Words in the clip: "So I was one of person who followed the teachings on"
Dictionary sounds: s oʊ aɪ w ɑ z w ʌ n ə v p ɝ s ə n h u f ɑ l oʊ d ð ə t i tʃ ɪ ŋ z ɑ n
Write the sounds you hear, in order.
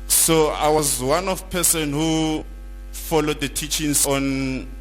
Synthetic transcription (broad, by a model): s oʊ aɪ w ɑ z w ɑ n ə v p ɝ s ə n h u f ɑ l oʊ d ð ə t i tʃ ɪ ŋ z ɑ n